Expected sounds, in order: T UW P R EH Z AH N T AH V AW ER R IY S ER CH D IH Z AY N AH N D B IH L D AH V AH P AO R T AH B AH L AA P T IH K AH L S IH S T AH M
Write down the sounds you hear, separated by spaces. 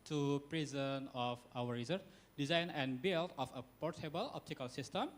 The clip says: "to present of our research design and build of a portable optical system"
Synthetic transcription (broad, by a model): T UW P R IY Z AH N AH F AW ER R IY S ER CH D IH Z AY N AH N B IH L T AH F AH P AO R T AH B AH L AA P T IH K AH L S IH S T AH M